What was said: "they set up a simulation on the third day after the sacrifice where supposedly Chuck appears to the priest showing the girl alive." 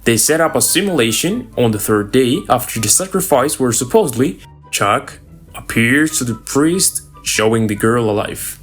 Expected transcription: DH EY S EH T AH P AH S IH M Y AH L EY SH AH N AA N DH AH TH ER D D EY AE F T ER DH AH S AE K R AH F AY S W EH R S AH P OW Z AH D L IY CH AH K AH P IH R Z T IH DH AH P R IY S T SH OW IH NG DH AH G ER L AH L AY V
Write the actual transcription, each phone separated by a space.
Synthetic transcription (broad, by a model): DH EY S EH T AH P AH S IH M Y AH L EY SH AH N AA N DH AH TH ER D D EY AE F T ER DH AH S AE K R AH F AY S W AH R S AH P OW Z AH D L IY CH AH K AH P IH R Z T IH DH AH P R IY S T SH OW IH NG DH AH G ER L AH L AY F